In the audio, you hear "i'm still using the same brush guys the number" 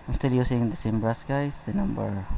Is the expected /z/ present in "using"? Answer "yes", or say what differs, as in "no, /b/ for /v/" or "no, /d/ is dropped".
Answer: no, /s/ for /z/